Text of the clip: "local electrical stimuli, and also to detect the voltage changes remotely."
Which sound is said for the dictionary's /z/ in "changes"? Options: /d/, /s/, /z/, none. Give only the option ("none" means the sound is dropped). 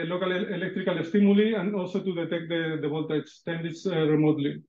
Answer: /s/